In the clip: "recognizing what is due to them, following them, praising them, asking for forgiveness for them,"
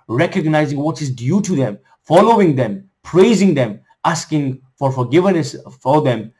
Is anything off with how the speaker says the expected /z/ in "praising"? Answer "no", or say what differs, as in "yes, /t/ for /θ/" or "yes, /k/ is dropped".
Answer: no